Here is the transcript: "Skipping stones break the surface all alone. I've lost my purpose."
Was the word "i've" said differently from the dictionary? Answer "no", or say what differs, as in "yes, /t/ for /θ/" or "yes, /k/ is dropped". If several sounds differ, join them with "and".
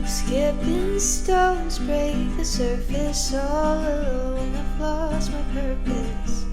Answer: yes, /f/ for /v/